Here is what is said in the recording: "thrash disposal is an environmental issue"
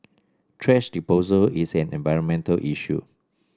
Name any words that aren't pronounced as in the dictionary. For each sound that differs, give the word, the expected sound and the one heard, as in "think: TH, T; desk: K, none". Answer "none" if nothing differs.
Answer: thrash: TH, T; disposal: S, none; is: Z, S